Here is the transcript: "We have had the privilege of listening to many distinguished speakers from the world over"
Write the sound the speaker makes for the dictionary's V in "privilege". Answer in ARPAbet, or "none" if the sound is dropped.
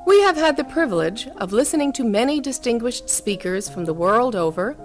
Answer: V